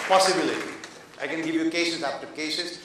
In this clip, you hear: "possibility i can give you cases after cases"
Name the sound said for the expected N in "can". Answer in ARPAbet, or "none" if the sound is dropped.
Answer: N